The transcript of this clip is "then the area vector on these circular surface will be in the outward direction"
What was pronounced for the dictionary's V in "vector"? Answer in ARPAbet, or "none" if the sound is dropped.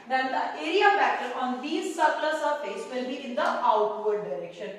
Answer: F